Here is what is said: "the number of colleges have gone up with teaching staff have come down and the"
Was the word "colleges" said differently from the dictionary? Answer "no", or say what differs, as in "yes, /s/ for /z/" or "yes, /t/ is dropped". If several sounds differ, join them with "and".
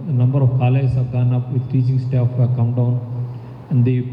yes, /dʒ/ is dropped